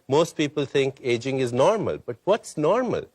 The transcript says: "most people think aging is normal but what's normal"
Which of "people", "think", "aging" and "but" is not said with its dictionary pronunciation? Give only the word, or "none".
think